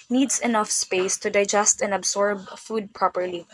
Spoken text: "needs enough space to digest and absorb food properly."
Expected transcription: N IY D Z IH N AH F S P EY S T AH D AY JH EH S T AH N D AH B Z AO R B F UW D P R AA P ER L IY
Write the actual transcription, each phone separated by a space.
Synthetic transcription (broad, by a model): N IY D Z IH N AH F S P EY S T AH D AY JH EH S T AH N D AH B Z AO R B F UW D P R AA P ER L IY